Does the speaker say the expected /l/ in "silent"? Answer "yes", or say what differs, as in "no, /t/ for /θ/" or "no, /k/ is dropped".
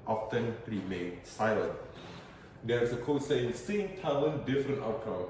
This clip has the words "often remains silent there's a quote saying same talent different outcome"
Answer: yes